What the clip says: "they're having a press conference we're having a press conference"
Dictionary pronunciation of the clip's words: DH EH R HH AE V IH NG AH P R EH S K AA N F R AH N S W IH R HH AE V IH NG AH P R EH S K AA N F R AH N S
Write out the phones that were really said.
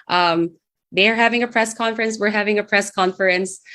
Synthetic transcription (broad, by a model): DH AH R HH AE V IH NG AH P R EH S K AA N F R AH N S W IH R HH AE V IH NG AH P R EH S K AA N F R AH N S